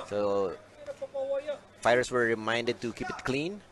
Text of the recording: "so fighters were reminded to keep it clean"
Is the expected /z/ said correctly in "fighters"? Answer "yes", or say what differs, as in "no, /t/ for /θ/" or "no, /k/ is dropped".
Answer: no, /s/ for /z/